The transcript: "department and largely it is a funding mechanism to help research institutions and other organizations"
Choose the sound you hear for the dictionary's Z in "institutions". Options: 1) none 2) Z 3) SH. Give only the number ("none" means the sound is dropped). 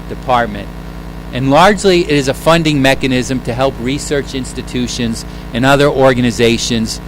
2